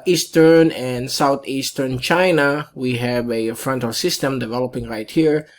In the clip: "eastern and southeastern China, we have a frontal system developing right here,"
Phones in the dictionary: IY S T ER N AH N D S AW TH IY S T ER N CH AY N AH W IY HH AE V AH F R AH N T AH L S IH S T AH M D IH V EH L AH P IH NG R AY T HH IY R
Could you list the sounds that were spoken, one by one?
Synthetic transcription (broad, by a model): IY S T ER N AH N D S AW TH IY S T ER N CH AY N AH W IY HH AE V AH F R AH N T AH L S IH S T AH M D IH V EH L AH P IH NG R AY T HH IY R